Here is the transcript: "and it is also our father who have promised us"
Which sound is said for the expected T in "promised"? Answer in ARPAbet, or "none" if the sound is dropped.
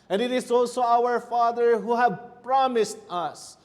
T